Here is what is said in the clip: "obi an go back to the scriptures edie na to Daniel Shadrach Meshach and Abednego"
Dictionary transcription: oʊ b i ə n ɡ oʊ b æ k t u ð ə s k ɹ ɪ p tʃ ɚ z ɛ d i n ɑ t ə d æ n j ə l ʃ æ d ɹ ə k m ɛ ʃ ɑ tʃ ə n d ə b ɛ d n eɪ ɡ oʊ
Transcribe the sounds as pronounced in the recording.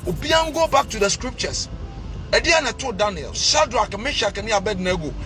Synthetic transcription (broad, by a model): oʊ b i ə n ɡ oʊ b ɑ k t u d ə s k ɹ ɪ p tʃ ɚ s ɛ d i n ɑ t ə d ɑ n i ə l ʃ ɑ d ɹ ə k m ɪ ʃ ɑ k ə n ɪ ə b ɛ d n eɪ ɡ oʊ